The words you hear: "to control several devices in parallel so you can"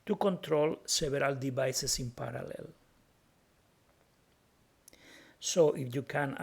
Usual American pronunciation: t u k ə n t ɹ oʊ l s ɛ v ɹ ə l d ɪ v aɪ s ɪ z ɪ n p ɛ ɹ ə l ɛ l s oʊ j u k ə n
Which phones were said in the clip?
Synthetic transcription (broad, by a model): t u k ə n t ɹ oʊ l s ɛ b ɹ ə l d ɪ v aɪ s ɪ s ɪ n p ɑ ɹ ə l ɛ l s oʊ j u k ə n